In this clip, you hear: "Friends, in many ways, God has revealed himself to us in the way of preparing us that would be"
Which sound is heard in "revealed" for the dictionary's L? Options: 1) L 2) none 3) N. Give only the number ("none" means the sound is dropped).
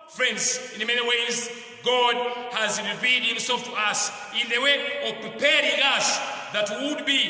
2